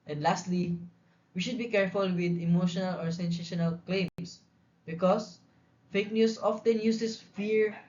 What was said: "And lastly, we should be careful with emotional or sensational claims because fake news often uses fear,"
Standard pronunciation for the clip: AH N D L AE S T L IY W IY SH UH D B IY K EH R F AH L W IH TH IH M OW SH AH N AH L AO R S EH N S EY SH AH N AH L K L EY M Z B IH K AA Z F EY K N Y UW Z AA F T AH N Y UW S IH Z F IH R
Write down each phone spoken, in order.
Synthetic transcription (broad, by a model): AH N D L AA S T L IY W IY SH UH D B IY K EH R F AH L W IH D IH M OW SH AH N AH L AO R S EH N S EY SH AH N AH L K L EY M S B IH K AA S F EY K N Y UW S AA F T AH N Y UW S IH S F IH R